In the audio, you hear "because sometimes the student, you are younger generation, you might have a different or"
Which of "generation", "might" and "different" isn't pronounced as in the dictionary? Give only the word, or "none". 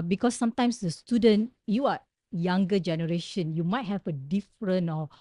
different